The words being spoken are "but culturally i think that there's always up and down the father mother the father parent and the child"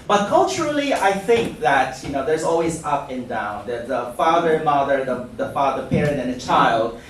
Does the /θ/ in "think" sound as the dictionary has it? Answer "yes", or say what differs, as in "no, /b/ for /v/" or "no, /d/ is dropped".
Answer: yes